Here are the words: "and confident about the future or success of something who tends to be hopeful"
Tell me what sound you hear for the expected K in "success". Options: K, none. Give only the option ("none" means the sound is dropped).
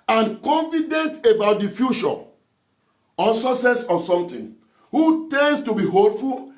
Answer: none